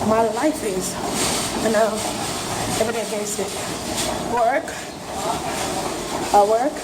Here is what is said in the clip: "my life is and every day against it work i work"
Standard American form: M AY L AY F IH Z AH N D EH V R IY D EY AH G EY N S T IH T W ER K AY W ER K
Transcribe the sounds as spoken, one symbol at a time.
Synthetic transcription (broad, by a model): M AY L AY F IH Z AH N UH EH V R IY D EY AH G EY S IH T W ER K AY W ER K